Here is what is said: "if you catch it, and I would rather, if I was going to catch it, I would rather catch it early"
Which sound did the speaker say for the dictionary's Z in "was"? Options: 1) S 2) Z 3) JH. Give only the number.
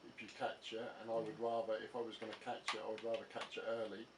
2